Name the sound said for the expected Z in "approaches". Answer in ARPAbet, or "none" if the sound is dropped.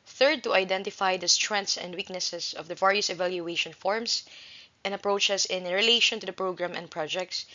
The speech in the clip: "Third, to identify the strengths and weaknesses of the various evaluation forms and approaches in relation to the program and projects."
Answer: S